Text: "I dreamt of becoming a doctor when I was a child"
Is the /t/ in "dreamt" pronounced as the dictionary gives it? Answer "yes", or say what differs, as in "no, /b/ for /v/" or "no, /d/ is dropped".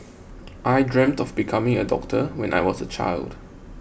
yes